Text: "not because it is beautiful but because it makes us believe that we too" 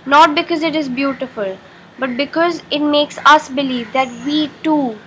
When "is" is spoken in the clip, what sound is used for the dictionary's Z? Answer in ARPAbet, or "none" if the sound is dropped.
Z